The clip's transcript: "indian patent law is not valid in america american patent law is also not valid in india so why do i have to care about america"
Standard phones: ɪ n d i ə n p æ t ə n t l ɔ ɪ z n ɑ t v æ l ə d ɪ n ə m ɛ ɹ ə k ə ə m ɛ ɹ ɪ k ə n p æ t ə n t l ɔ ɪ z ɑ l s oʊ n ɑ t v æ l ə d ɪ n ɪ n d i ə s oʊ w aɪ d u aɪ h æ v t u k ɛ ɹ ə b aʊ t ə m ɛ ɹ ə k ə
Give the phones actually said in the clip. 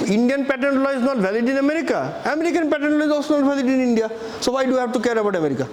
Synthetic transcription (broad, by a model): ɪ n d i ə n p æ t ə n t l ɔ ɪ z n ɑ t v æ l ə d ɪ n ə m ɛ ɹ ə k ə ə m ɛ ɹ ɪ k ə n p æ t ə n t l ɔ ɪ z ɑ s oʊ n ɑ t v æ l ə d ɪ n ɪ n d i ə s oʊ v aɪ d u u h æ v t u k ɛ ɹ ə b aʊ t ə m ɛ ɹ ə k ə